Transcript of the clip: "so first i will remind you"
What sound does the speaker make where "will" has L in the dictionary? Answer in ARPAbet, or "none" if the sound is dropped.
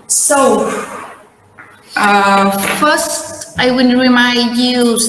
N